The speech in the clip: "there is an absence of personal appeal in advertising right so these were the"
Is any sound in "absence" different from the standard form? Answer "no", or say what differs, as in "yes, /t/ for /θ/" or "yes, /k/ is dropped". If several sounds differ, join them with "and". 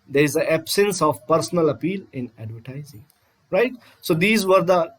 no